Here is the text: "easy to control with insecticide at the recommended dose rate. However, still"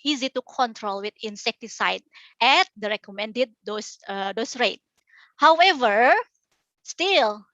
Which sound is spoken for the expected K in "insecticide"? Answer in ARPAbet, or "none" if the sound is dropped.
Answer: K